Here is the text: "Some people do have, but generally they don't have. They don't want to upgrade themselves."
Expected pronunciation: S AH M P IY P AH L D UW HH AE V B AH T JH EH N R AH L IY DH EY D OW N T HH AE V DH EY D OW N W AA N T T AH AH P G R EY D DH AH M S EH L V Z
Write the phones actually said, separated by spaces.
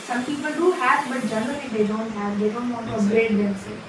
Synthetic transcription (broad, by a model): S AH M P IY P AH L D UW HH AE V B AH T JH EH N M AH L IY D EY D OW N T HH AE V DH EY D OW N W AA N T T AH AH G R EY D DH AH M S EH